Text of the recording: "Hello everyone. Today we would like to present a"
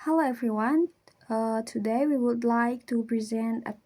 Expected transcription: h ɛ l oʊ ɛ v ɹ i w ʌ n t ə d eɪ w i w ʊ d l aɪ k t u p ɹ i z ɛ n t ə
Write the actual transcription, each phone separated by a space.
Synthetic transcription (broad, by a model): h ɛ l oʊ ɛ v ɹ i w ʌ n t ə d eɪ w i w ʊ d l aɪ k t u p ɹ i z ɛ n t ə